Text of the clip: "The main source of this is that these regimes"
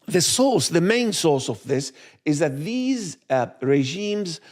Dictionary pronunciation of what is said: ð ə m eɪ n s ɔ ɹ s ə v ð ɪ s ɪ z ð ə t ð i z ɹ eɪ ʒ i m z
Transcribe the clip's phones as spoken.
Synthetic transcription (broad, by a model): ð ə m eɪ n s ɔ ɹ s ə v ð ɪ s ɪ z ð ə t ð i z ɹ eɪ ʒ i m z